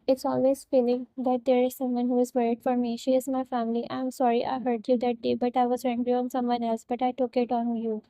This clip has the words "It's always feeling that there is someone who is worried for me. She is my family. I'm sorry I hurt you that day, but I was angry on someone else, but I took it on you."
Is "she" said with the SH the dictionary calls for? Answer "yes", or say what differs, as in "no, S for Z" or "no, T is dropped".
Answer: yes